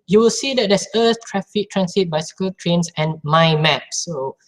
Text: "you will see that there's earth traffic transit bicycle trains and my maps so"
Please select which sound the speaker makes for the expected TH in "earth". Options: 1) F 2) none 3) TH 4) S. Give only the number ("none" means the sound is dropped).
4